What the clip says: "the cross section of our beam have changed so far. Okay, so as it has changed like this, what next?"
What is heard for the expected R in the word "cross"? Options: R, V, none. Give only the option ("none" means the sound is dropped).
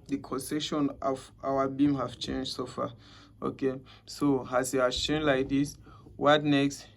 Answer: none